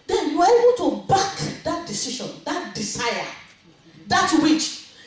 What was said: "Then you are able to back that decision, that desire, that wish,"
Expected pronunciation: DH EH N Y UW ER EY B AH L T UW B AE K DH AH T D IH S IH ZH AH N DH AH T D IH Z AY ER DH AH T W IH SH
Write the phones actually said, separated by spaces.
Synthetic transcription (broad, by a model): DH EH N Y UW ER EY B AH L T UW B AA K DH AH T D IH S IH SH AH N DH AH T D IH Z AY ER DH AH T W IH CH